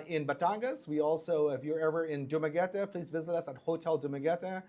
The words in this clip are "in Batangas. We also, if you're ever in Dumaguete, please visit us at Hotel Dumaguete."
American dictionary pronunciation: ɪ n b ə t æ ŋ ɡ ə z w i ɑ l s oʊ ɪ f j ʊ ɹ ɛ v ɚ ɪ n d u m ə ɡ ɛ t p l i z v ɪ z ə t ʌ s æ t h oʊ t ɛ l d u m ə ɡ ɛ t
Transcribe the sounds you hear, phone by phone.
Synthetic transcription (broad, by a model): ɪ n b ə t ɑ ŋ ɡ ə s w i ɑ l s oʊ ɪ f j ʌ ɹ ɛ v ɚ ɪ n d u m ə ɡ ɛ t p l i z v ɪ z ə t ʌ s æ t h oʊ t ɛ l d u m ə ɡ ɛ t